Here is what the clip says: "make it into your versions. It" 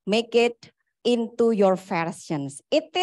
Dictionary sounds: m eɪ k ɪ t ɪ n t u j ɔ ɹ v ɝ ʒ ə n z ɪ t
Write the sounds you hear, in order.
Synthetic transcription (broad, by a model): m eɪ k ɪ t ɪ n t u j ɔ ɹ f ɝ s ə n s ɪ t